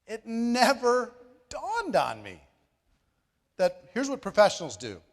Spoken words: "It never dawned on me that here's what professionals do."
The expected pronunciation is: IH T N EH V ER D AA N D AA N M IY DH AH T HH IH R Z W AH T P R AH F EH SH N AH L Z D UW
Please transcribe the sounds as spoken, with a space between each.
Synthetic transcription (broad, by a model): IH T N EH V ER D AA N D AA N M IY DH AH T HH IH R Z W AH T P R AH F EH SH N L Z D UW